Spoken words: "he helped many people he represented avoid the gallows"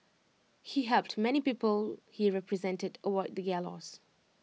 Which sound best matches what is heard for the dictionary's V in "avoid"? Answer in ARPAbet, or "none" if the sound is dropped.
W